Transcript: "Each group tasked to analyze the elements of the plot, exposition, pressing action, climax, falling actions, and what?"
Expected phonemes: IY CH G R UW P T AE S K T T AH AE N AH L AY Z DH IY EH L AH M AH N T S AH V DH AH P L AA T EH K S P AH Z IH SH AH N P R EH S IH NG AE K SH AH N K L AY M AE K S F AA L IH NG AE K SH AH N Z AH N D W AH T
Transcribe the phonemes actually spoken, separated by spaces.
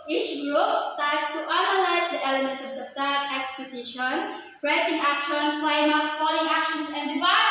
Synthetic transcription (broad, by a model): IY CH G R UW P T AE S T T AH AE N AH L AY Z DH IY EH L AH M AH N T S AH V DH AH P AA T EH K S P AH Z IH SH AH N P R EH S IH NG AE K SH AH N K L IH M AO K S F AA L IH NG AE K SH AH N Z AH N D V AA